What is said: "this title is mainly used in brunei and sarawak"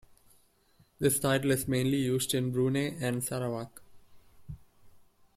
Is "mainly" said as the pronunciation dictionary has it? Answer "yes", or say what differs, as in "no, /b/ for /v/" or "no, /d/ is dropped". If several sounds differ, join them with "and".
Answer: yes